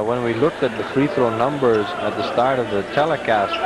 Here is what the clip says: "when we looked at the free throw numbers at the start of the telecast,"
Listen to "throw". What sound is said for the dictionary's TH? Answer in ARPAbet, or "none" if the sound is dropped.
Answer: TH